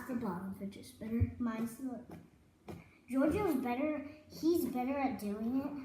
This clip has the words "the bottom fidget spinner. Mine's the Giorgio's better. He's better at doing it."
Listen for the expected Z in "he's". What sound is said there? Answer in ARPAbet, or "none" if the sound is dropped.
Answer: Z